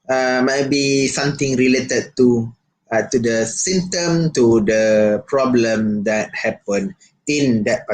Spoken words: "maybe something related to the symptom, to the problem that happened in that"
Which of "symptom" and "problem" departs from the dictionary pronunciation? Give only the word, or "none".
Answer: symptom